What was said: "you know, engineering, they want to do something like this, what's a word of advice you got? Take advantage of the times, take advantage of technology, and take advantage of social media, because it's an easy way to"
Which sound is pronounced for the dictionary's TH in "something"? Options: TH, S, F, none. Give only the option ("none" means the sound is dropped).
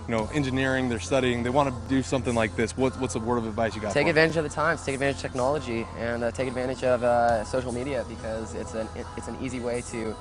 TH